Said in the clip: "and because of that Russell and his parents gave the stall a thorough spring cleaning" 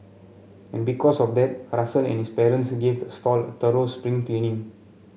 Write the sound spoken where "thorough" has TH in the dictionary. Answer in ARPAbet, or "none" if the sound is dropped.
T